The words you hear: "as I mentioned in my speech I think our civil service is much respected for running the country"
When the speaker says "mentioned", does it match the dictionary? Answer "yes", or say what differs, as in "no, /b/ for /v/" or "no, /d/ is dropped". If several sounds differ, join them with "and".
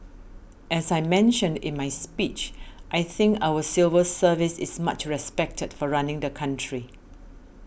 yes